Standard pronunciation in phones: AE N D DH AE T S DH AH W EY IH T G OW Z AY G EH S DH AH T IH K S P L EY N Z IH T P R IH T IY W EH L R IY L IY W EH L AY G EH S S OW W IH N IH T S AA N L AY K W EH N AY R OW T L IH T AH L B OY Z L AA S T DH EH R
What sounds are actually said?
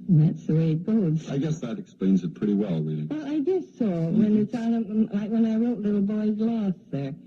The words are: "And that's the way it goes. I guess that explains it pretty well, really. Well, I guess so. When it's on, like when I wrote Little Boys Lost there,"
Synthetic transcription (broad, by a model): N DH AE T S DH AH W EY IH T G OW Z AY G EH S DH AH T IH K S P L EY N Z IH T P R IH T IY W EH L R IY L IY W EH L AY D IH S S OW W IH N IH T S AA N L AY K W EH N AY R OW T L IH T L B OY Z L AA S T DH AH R